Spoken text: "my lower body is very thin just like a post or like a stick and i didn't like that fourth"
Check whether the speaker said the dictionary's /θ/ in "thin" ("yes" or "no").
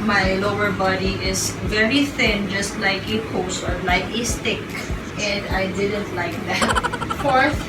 yes